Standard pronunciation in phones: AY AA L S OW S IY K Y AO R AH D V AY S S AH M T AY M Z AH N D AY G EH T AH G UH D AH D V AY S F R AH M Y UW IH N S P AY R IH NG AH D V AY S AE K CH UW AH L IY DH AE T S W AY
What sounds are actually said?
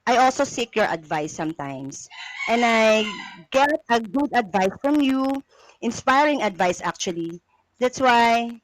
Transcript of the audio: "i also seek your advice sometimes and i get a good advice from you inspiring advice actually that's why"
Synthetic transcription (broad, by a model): AY AA L S OW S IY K Y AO R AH D V AY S S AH M T AY M S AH N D AY G EH T AH G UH D AH D V AY S F R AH M Y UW IH N S P AY R IH NG AH D V AY S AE K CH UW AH L IY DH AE T S W AY